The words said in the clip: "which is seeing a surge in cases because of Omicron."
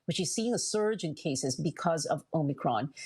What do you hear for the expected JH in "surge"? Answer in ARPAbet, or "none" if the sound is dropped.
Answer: JH